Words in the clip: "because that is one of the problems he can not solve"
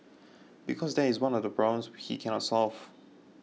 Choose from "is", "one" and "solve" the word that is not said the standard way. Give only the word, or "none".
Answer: none